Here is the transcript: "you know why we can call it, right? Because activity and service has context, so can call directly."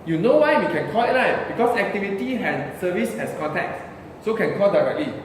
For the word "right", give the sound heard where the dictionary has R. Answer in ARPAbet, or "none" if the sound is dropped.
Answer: L